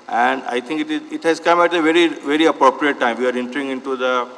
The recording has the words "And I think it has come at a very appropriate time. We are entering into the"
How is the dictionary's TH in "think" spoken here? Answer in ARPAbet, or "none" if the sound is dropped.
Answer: T